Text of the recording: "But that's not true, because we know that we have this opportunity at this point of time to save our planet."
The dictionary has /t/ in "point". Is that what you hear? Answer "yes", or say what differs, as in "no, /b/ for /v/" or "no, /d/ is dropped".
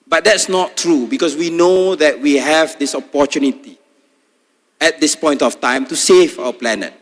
yes